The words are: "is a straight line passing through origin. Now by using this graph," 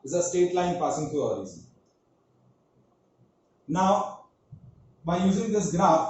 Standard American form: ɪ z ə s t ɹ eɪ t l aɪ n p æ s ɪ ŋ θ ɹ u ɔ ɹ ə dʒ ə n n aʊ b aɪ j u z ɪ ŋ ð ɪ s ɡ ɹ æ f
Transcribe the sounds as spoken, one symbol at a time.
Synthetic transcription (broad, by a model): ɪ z ə s t eɪ t l aɪ n p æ s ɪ ŋ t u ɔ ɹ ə z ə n n aʊ b aɪ j u z ɪ ŋ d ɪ s ɡ ɹ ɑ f